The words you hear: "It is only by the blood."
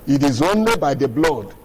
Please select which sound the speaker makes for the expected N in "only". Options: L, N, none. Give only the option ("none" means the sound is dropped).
N